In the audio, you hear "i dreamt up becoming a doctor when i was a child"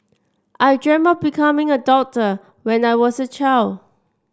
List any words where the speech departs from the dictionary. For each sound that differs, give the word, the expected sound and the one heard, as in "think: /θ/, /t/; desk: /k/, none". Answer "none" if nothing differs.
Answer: dreamt: /t/, none; was: /z/, /s/